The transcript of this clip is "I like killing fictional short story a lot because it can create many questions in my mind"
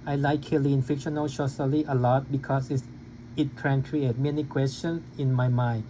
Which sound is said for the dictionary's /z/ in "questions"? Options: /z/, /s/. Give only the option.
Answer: /s/